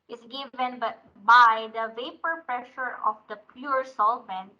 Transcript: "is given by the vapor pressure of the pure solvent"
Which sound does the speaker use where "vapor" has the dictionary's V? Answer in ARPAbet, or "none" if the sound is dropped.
V